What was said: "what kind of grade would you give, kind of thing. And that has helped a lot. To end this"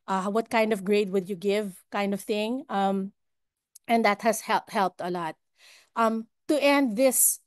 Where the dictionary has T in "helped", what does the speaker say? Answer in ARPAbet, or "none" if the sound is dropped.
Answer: T